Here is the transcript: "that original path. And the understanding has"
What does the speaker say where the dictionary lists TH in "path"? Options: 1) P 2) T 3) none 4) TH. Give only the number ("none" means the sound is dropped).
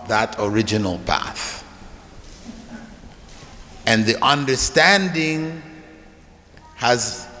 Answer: 4